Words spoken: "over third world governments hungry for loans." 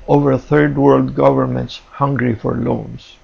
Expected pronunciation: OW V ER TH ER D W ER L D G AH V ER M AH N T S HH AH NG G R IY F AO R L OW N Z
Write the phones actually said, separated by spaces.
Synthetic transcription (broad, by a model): OW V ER TH ER D W ER L D G AH V ER M AH N T S HH AH NG G R IY F AO R L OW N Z